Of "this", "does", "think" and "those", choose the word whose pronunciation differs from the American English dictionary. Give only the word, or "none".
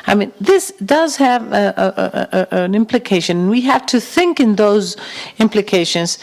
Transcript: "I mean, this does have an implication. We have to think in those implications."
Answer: none